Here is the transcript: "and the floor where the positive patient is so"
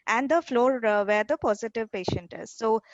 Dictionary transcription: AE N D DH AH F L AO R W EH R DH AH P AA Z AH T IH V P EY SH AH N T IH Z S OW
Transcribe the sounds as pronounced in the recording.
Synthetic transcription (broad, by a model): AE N D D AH F L AO R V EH R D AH P AA Z AH T IH V P EY SH AH N T IH Z S OW